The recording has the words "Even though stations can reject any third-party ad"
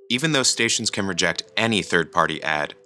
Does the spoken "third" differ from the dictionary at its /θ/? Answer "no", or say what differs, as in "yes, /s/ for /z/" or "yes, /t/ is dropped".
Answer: no